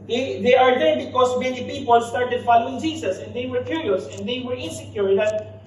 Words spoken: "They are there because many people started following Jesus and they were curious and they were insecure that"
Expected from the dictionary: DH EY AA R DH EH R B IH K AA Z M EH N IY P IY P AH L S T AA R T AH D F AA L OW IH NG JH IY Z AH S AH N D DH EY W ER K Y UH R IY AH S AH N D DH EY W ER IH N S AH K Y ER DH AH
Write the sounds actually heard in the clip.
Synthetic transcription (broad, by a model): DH EY AA R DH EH R B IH K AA S M EH N IY P IY P AH L S T AA R T AH D F AA L OW IH NG JH IY S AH S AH N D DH EY W ER K Y UH R IY AH S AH N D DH EY W ER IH N S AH K Y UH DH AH